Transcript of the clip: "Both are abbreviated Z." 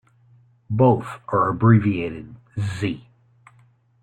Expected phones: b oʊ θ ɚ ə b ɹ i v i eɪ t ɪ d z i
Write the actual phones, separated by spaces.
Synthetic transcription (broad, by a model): b oʊ θ ɚ ə b ɹ i v i eɪ t ɪ d z i